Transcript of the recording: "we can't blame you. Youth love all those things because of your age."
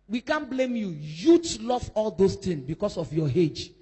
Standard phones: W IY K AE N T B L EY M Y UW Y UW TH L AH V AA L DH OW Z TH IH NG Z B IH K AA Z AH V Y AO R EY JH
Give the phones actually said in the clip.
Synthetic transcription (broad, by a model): W IY K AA N B L EY M Y UW Y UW T L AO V AA L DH OW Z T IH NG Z B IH K AA S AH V Y AO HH EY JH